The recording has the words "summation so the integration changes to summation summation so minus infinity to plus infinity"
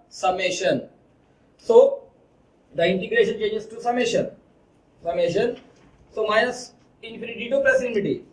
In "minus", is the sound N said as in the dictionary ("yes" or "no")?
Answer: no